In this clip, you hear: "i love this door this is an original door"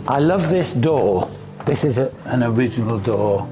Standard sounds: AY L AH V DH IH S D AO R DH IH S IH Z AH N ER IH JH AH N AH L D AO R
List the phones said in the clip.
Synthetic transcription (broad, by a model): AY L AH V DH IH S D AO DH IH S IH Z AH N ER IH JH AH N AH L D AO